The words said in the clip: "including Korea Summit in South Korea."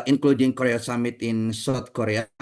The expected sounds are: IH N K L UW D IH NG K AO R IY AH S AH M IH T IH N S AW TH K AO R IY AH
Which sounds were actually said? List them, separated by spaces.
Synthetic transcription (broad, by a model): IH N K L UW D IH NG K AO R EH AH S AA M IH T IH N S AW T K AO R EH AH